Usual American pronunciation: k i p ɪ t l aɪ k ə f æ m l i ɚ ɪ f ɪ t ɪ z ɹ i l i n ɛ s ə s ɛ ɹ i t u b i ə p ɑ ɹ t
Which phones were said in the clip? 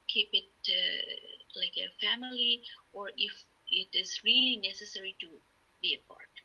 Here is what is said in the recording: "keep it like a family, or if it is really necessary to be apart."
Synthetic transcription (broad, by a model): k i p ɪ t l aɪ k ə f æ m l i ɚ ɪ f ɪ t ɪ z ɹ i l i n ɛ s ə s ɛ ɹ i t u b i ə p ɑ ɹ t